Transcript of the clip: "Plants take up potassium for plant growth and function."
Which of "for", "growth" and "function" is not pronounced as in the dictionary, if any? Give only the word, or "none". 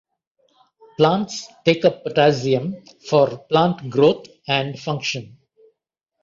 growth